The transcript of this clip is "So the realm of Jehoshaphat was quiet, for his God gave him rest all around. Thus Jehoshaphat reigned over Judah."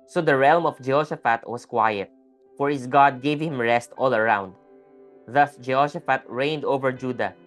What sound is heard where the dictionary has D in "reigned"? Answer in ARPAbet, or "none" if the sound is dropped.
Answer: D